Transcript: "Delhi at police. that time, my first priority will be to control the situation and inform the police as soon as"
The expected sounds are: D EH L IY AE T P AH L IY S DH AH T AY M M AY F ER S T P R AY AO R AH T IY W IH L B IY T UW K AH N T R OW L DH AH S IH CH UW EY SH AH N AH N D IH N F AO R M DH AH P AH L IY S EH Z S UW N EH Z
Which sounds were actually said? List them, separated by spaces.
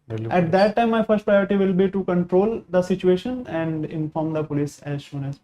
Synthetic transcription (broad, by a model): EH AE T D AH T AY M M AY F ER S T P R AY AO R AH T IY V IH L B IY T UW K AH N T R OW L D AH S IH CH UW EY SH AH N AH N D IH N F AO R M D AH P AH L IY S EH Z SH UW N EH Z